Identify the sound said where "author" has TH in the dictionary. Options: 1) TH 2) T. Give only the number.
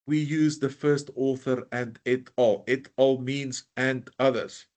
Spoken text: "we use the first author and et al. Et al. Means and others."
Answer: 1